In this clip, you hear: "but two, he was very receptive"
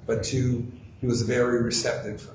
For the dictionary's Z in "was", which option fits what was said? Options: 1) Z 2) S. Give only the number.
1